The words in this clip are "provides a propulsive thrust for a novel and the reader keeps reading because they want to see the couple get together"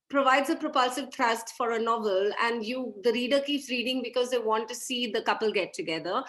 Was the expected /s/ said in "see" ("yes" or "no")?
yes